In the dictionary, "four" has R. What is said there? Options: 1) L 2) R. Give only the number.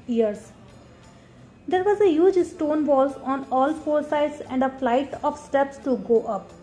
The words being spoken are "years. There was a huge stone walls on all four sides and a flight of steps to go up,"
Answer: 1